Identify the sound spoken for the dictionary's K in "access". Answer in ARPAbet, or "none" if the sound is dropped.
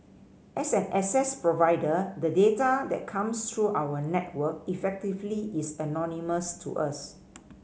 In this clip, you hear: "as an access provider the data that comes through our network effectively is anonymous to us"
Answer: none